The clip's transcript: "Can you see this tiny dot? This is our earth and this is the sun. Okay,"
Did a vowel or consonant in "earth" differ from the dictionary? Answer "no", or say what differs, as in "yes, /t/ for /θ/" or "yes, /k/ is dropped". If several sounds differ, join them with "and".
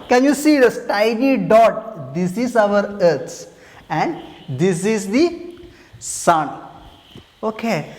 yes, /s/ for /θ/